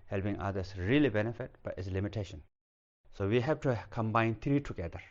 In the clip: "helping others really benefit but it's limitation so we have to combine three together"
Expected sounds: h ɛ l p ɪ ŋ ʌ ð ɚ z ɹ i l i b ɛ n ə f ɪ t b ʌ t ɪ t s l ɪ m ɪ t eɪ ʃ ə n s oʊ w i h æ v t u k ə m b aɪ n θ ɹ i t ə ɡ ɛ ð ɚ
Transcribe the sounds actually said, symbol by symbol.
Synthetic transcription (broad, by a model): h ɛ l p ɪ ŋ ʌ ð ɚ s ɹ i l i b ɛ n ə f ɪ t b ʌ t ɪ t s l ɪ m ɪ t eɪ ʃ ə n s oʊ w i h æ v t u k ə m b aɪ n t ɹ i t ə ɡ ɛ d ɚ